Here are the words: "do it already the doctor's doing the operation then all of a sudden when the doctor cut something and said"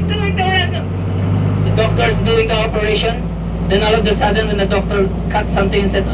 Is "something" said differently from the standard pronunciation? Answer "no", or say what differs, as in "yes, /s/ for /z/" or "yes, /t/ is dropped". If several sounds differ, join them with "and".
yes, /t/ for /θ/